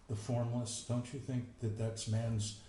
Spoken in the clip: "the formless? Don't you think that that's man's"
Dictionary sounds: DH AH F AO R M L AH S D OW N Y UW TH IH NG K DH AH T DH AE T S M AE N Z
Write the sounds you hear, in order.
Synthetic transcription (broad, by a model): DH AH F AO R M L AH S D OW N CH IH TH IH NG K DH AH T DH AE T S M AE N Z